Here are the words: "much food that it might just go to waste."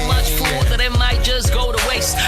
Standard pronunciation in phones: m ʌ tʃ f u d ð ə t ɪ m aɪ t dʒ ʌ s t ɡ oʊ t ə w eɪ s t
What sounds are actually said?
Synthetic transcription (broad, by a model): m ʌ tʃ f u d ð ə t ɪ m aɪ t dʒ ʌ s ɡ oʊ t ə w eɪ s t